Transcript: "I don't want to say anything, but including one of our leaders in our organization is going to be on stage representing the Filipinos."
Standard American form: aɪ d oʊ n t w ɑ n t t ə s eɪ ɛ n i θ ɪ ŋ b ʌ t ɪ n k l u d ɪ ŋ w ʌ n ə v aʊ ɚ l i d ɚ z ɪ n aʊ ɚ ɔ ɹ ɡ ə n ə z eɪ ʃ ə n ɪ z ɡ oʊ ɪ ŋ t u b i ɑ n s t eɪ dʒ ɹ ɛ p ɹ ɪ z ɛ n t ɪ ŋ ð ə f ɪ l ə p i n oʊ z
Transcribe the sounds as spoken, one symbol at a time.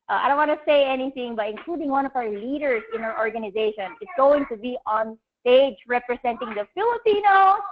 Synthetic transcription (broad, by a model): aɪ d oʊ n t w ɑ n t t s eɪ ɛ n i θ ɪ ŋ b ʌ t ɪ n k l u d ɪ ŋ w ʌ n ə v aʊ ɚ l i d ɚ s ɪ n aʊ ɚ ɔ ɹ ɡ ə n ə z eɪ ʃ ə n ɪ s ɡ oʊ ɪ ŋ t u b i ɑ n s t eɪ dʒ ɹ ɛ p ɹ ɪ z ɛ n t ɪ ŋ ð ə f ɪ l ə p i n oʊ